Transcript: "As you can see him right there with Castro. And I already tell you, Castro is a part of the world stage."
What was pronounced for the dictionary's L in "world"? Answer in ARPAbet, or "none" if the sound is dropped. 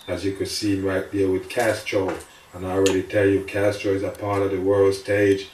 L